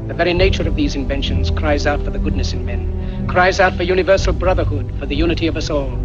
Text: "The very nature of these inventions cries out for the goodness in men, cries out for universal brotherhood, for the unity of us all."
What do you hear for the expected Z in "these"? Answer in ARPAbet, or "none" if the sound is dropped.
Z